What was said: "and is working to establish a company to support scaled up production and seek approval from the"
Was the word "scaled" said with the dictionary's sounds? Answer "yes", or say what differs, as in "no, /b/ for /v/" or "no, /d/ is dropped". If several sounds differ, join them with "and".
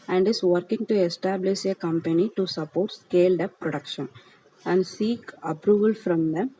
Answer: yes